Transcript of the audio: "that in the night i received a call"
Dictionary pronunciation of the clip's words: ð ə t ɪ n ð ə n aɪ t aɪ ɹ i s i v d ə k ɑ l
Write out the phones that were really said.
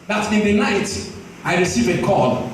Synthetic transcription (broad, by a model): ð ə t ɪ n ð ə n aɪ t aɪ ɹ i s i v ə k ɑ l